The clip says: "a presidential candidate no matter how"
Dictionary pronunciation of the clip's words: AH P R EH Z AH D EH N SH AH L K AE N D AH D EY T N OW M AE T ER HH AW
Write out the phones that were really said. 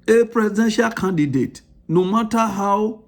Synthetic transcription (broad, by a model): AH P R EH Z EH SH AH K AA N D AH D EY T N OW M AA T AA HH AW